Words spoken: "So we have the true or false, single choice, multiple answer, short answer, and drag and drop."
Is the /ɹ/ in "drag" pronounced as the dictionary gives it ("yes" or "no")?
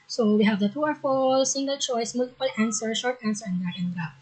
no